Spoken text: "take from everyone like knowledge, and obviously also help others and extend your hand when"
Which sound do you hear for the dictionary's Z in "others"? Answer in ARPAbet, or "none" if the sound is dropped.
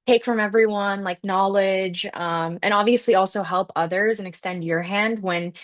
Z